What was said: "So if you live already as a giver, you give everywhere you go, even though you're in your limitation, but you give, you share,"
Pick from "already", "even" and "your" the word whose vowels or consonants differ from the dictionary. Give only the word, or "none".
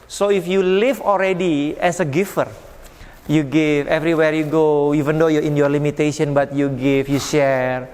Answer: already